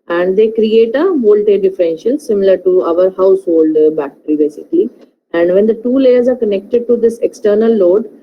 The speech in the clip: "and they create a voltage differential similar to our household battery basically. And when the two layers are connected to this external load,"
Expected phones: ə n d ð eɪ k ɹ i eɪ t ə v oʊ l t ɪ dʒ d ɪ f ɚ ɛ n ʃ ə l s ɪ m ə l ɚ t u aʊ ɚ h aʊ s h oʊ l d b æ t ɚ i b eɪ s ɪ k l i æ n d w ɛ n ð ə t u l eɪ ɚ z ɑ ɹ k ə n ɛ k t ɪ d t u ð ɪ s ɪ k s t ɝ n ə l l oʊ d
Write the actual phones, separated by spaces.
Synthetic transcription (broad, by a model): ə n d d eɪ k ɹ i eɪ t ə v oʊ l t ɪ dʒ d ɪ f ɚ ɛ n ʃ ə l s ɪ m ə l ɚ t u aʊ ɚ h aʊ s h oʊ l d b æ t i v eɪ s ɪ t i æ n d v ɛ n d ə t u l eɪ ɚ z ɑ ɹ k ə n ɛ k t ɪ d t u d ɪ s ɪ k s t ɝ n ə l l oʊ d